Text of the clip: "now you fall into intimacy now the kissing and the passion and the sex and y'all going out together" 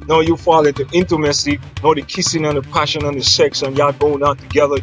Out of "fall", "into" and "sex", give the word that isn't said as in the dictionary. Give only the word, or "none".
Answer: none